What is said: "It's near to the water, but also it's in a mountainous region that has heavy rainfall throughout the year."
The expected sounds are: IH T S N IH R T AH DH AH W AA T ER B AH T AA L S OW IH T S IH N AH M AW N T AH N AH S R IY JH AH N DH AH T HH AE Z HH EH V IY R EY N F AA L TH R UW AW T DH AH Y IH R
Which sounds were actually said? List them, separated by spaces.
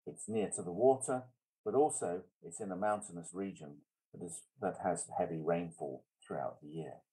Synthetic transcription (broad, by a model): IH T S N IH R T AH DH AH W AA T ER B AH T AA L S OW IH T S IH N AH M AW N T AH N AH S R IY JH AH N DH AH T HH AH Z HH EH V IY R EY N F AA L TH R UW AW T DH AH Y IH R